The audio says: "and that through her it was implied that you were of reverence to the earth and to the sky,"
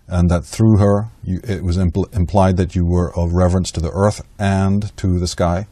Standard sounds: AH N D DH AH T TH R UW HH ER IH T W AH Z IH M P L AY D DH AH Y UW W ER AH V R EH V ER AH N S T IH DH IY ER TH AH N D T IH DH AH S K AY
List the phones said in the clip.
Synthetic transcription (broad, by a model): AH N DH AH T TH R UW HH ER IH T W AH Z IH M P L AY D DH AH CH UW W ER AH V R EH V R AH N S T IH DH IY ER TH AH N T IH DH AH S K AY